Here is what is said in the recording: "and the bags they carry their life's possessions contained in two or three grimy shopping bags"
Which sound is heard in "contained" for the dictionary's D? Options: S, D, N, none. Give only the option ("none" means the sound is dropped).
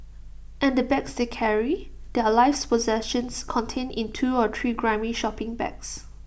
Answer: none